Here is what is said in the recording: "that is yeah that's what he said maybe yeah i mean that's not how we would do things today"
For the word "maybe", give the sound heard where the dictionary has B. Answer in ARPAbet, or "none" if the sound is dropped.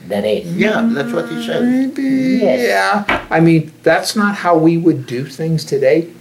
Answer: none